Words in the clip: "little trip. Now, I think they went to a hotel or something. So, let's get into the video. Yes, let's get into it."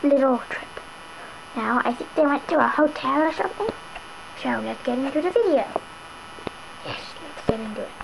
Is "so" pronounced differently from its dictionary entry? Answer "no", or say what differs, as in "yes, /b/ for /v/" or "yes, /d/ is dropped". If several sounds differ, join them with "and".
yes, /ʃ/ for /s/